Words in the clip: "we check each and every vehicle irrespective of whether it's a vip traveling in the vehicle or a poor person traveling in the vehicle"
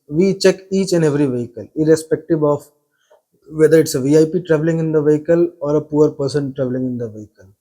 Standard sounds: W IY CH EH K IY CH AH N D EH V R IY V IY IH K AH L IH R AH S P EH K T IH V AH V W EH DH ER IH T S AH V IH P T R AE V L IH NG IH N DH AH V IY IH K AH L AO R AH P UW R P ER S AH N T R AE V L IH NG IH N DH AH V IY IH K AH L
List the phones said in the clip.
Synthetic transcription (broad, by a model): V IY CH EH K IY CH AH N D EH V R IY V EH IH K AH L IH R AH S P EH K T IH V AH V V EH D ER IH T S AH V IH P T R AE V L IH NG IH N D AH V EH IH K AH L AO R AH P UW R P ER S AH N T R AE V L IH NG IH N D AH V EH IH K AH L